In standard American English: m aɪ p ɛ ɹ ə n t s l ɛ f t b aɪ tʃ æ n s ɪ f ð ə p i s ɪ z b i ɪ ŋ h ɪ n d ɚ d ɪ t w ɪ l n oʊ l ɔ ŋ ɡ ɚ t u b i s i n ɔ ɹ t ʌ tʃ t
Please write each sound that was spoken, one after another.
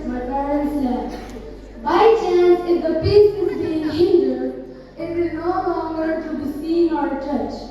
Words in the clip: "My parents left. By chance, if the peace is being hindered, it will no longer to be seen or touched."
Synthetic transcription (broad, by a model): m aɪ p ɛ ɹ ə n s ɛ t b aɪ tʃ æ n s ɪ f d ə p i s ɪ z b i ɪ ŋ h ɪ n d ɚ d ɪ t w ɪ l n oʊ l ɔ ŋ ɡ ɚ t u b i s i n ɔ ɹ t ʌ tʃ